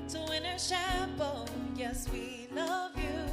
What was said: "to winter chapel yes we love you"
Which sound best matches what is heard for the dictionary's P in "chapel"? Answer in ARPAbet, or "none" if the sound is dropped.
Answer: B